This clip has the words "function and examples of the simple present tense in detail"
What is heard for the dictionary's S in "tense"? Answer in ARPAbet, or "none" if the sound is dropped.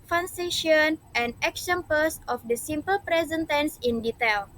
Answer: S